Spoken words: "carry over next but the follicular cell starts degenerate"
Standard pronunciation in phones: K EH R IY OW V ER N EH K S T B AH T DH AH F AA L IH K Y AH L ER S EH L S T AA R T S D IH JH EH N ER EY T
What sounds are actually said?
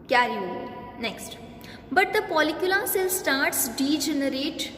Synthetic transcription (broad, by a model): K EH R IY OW N EH K S T B AH T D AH P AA L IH K Y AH L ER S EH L S T AA R T S D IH JH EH N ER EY T